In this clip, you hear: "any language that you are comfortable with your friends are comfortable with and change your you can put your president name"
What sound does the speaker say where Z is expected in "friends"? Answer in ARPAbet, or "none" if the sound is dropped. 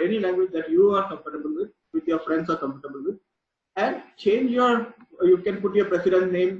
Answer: S